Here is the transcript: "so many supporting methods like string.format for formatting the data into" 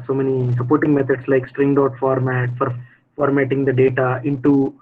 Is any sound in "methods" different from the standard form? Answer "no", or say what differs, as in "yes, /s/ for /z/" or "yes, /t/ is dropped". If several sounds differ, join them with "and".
yes, /t/ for /θ/ and /s/ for /z/